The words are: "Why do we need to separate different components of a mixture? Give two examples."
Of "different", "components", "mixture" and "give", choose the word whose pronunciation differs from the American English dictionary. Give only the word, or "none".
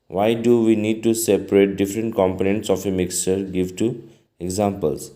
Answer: none